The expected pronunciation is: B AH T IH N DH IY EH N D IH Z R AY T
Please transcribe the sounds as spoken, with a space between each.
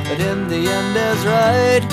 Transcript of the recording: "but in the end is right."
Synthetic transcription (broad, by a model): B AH T IH N DH IY EH N D IH Z R AY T